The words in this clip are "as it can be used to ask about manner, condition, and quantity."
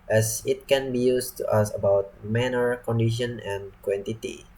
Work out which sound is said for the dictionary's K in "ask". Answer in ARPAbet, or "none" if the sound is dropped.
none